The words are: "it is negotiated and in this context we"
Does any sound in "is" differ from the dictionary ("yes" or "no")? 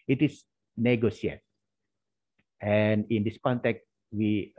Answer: yes